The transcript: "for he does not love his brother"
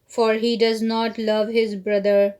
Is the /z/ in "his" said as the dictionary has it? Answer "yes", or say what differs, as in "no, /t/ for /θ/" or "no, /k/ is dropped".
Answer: yes